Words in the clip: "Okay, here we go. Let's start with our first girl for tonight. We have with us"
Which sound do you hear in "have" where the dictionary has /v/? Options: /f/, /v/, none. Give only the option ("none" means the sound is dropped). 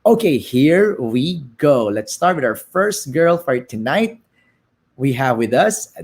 /v/